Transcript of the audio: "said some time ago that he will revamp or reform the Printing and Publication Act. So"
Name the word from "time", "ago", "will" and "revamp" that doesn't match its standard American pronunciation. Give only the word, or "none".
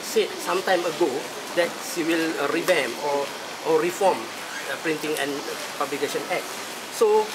revamp